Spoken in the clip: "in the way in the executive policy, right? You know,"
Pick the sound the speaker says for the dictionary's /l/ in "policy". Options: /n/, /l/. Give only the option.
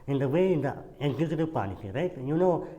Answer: /n/